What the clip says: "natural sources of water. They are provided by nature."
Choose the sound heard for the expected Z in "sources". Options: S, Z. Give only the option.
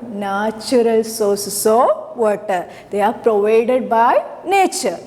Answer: S